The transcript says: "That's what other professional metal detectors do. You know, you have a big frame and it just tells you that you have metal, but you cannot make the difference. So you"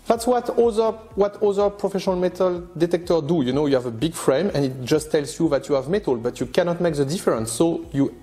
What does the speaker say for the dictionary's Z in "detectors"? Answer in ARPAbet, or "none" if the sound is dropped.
none